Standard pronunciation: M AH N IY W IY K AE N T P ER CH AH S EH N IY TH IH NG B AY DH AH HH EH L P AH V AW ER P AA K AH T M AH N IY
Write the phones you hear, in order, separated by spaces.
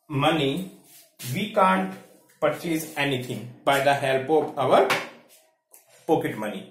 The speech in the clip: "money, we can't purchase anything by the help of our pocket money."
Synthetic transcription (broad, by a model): M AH N IY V IY K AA N T P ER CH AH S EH N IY T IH NG B AY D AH HH EH L P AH P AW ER P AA K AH T M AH N IY